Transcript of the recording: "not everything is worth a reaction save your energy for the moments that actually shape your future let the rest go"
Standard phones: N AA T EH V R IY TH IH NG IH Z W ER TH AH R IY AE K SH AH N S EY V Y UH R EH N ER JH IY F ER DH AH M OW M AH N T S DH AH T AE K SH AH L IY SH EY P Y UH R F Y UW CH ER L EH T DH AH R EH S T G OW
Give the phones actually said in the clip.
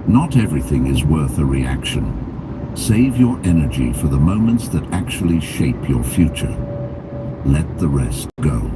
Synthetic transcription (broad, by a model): N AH T EH V R IY TH IH NG IH Z W ER TH AH R IY AE K SH AH N S EY V Y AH R EH N ER JH IY F ER DH AH M OW M AH N T S DH AH T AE K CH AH L IY SH EY P Y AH R F Y UW CH ER L EH T DH AH R EH S T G OW